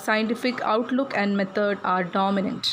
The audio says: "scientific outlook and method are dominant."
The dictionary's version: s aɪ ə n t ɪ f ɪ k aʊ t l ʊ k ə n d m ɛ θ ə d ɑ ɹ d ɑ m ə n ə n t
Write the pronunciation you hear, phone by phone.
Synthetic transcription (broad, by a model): s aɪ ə n t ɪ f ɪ k aʊ t l ʊ k ə n d m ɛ t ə d ɑ ɹ d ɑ m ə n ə n t